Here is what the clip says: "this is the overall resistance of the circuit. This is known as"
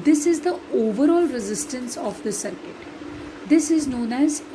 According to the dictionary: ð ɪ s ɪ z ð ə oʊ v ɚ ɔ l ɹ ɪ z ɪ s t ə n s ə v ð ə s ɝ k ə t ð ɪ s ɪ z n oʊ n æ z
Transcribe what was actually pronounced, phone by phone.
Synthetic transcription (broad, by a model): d ɪ s ɪ z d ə oʊ v ɚ ɔ l ɹ ɪ z ɪ s t ə n s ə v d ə s ɝ k ə t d ɪ s ɪ z n oʊ n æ z